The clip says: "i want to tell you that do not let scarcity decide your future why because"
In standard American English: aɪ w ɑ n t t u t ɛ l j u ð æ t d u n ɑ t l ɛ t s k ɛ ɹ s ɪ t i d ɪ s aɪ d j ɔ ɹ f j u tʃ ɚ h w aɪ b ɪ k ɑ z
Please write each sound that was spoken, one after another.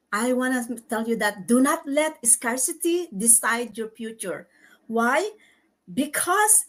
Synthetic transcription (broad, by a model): aɪ w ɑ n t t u t ɛ l j u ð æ t d u n ɑ t l ɛ t s k ɛ ɹ s ɪ t i d ɪ s aɪ d j ɔ ɹ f j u tʃ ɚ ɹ w aɪ b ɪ k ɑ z